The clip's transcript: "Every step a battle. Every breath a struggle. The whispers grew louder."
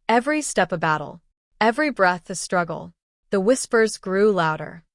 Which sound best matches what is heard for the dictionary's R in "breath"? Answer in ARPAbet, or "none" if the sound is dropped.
R